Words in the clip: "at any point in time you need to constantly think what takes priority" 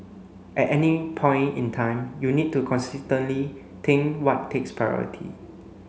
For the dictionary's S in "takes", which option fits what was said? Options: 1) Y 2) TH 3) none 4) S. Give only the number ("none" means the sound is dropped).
4